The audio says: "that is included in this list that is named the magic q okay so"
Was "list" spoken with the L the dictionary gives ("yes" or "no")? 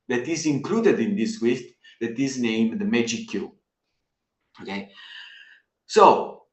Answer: no